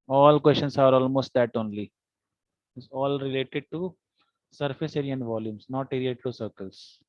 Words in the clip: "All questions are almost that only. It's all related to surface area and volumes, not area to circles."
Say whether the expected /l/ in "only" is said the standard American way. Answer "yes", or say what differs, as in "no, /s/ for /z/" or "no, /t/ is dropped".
yes